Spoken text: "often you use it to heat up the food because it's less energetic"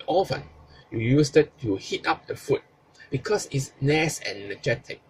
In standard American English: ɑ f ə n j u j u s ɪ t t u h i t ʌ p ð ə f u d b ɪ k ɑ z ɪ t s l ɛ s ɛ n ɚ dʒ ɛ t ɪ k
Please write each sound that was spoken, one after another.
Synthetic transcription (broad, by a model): ɑ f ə n j u j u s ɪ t t u h i t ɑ p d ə f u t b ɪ k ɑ s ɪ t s n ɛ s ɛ n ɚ dʒ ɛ t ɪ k